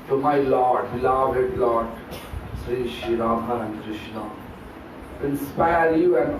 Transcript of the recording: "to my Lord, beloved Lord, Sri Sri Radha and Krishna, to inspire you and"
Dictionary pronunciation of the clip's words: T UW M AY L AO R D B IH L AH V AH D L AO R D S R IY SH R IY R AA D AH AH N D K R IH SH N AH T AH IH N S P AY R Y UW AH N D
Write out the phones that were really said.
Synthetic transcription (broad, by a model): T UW M AY L AO R D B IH L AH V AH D L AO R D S R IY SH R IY R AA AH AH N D K R IH SH N AH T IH N S P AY R Y UW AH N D